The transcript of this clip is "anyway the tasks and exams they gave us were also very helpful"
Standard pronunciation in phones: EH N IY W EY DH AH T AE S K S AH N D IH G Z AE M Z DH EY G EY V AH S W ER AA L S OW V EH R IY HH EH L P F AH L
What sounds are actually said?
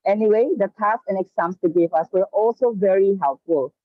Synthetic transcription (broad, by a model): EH N IY W EY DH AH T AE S S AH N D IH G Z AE M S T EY G EY V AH S W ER AA L S OW V EH R IY HH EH L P F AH L